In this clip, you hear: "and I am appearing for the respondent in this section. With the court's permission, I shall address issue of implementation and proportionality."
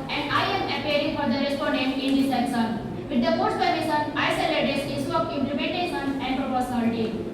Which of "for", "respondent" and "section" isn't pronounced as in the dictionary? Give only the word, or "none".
section